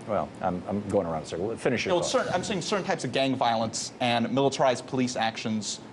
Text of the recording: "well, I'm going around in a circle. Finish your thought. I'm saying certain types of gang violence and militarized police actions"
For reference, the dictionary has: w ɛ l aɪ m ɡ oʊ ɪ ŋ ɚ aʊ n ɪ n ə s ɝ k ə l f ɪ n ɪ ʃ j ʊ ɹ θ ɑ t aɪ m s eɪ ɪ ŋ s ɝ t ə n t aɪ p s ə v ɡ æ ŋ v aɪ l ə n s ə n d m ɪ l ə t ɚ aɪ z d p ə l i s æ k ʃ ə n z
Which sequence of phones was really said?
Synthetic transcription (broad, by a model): w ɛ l aɪ m ɡ oʊ ɪ ŋ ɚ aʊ ɪ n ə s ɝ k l f ɪ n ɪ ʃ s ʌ ɹ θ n aɪ m s eɪ ɪ ŋ s ɝ t n t aɪ p s ə v ɡ æ ŋ v aɪ l ə n s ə n m ɪ l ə t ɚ aɪ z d p ə l i s æ k ʃ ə n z